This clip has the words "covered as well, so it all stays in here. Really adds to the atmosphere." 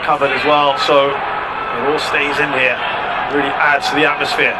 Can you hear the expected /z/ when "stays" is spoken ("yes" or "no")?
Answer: yes